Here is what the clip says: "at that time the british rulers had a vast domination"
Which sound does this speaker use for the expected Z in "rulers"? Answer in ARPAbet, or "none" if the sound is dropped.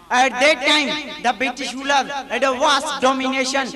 none